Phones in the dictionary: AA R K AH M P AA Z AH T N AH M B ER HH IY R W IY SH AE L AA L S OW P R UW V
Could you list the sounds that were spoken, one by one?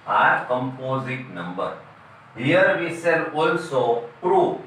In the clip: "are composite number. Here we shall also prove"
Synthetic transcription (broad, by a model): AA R K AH M P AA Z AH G N AH M B ER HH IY R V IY S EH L AA L S OW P R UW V